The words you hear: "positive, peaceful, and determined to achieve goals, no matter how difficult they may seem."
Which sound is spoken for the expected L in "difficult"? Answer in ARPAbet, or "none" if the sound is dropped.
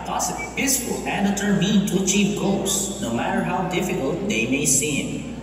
L